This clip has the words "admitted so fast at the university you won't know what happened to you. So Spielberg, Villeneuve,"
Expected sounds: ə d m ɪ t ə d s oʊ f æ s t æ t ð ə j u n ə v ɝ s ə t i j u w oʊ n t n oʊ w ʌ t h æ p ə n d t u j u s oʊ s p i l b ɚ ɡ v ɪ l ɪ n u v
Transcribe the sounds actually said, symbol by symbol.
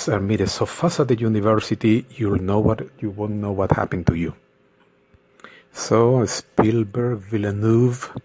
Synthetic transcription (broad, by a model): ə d m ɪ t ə s oʊ f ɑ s æ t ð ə j u n ə v ɝ s ə t i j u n oʊ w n n oʊ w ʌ t h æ p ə n t u j u s oʊ s p i l b ɚ ɡ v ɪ l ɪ n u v